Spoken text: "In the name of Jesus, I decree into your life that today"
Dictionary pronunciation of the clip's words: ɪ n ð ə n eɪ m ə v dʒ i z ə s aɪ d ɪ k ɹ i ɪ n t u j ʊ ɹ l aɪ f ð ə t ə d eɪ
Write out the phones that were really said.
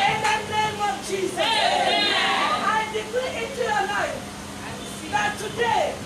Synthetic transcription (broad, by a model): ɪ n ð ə n eɪ m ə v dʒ i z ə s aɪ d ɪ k i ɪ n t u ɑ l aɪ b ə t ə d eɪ